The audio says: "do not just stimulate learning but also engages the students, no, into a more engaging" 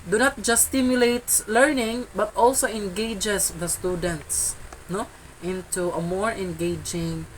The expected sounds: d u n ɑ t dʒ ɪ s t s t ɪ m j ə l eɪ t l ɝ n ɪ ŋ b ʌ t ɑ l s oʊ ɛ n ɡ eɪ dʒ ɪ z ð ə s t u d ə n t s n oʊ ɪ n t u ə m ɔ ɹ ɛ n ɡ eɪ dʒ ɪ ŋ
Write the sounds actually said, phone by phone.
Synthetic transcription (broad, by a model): d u n ɑ t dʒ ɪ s s t ɪ m j ə l eɪ t l ɝ n ɪ ŋ b ʌ t ɑ l s oʊ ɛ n ɡ eɪ dʒ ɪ s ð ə s t u d ə n t s n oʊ ɪ n t u ə m ɔ ɹ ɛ n ɡ eɪ dʒ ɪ ŋ